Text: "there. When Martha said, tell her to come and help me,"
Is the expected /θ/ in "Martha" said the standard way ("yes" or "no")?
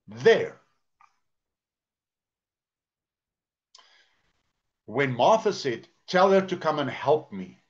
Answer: yes